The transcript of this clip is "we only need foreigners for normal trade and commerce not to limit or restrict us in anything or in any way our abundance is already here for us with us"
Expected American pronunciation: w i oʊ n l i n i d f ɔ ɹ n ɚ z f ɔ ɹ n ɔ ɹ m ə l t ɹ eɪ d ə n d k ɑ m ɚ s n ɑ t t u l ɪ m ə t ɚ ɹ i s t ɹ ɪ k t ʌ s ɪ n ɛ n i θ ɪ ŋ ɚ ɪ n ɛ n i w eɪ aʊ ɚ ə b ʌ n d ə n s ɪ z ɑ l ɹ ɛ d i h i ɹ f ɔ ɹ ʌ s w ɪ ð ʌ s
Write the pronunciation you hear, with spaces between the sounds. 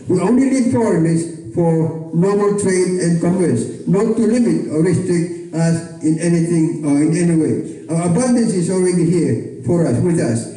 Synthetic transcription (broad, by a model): w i oʊ n l i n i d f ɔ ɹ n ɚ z f ɔ ɹ n ɔ ɹ m ə l t ɹ eɪ d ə n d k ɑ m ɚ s n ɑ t t u l ɪ m ə t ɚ ɹ i s t ɹ ɪ k t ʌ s ɪ n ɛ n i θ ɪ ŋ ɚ ɪ n ɛ n i w eɪ aʊ ɚ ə b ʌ n d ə n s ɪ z ɑ l ɹ ɛ d i h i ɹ f ɔ ɹ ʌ s w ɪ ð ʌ s